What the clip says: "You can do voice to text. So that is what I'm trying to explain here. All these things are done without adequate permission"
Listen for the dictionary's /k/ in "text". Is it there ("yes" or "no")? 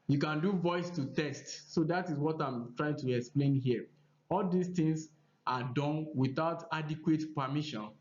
no